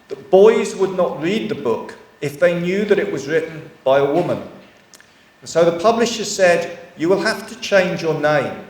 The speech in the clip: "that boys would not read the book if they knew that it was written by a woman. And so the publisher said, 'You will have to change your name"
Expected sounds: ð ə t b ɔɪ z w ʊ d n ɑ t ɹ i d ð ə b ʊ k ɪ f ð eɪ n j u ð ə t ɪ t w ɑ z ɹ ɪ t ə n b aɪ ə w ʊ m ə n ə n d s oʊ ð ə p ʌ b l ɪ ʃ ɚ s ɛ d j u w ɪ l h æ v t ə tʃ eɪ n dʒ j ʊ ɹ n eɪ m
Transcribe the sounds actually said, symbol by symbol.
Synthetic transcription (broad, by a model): ð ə t b ɔɪ z w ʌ d n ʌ t ɹ i d ð ə b ʊ k ɪ f ð eɪ n j u ð ə t ɪ t w ɑ z ɹ ɪ t n b aɪ ə w ʊ m ə n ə n s oʊ ð ə p ʌ b l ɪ ʃ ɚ s ɛ d j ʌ w ɪ l h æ f t ə tʃ eɪ n dʒ j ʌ ɹ n eɪ m